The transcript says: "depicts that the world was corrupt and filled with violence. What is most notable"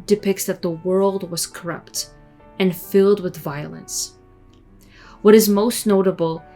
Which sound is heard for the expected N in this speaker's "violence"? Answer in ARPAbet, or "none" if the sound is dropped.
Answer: N